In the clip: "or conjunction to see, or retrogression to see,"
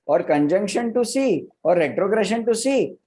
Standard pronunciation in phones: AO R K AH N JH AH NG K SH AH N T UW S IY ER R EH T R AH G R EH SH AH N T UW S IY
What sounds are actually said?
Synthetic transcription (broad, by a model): AO R K AH N JH AH NG K SH AH N T UW S IY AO R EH T R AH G R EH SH AH N T UW S IY